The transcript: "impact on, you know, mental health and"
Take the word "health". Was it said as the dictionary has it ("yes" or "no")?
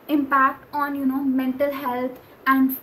no